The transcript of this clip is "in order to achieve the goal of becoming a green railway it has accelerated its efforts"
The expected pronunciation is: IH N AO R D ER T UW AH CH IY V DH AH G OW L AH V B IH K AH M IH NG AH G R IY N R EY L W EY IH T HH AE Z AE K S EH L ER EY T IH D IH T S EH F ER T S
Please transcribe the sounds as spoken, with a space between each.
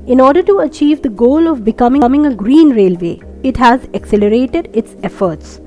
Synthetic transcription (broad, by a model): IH N AO R D ER T UW AH CH IY V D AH G OW L AH V B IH K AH M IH NG AH G R IY N R EY L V EY IH T HH AE Z AE K S EH L ER EY T IH D IH T S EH F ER T S